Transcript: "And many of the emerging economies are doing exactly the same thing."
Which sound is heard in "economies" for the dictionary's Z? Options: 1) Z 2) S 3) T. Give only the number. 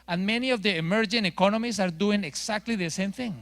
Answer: 2